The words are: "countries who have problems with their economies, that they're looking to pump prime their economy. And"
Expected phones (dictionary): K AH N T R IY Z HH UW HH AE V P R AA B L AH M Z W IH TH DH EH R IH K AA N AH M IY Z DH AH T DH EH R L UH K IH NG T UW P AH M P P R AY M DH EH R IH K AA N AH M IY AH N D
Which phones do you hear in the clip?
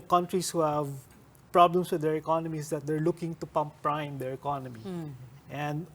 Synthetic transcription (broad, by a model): K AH N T R IY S HH UW HH AE V P R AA B L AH M S W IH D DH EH R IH K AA N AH M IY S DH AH T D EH R L UH K IH NG T UW P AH M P P R AY M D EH R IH K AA N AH M IY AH N D